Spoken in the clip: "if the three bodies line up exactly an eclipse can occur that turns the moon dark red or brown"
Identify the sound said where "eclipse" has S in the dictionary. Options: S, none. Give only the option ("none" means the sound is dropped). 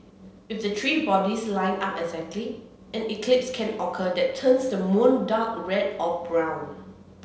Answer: S